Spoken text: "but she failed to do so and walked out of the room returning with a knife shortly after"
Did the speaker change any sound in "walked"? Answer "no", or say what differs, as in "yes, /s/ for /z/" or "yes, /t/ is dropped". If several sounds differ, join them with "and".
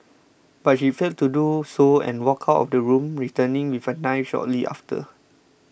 yes, /t/ is dropped